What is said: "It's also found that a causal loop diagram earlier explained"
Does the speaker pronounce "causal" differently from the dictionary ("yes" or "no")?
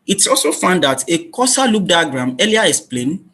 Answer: yes